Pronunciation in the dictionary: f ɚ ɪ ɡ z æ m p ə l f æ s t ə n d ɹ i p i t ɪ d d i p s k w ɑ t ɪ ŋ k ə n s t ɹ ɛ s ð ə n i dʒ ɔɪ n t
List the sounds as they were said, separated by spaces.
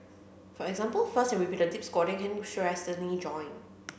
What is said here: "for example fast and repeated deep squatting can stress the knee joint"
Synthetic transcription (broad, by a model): f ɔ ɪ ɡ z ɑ m p ə l f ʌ s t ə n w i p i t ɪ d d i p s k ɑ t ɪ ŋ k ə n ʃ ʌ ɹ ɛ s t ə n i dʒ ɔɪ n